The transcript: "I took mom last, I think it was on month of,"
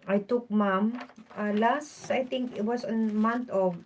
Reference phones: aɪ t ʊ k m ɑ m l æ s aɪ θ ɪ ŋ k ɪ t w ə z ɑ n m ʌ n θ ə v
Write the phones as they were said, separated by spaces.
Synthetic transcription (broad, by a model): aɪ t ʊ k m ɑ m l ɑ s aɪ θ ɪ ŋ k ɪ t w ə s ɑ n m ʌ n t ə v